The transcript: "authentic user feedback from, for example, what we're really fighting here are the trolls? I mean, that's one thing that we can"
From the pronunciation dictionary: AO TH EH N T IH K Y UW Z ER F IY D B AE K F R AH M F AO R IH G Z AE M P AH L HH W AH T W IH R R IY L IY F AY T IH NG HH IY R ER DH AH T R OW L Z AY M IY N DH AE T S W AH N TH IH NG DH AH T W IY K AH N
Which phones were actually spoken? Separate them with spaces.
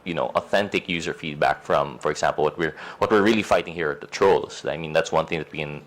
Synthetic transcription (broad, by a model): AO TH EH N T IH K Y UW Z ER F IY D B AE K F R AH M F AO R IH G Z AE M P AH L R W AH T W IH R R IY L IY F AY T IH NG HH IY R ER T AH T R OW L S AY M IY N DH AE T S W AH N TH IH NG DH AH T W IY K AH N